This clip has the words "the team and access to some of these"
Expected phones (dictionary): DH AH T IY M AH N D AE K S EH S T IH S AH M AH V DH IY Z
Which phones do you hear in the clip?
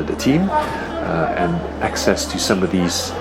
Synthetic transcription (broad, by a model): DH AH T IY M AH N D AE K S EH S T IH S AH M AH V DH IY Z